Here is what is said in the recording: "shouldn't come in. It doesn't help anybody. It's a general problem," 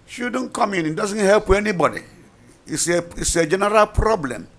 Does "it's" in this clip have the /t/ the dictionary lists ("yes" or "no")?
no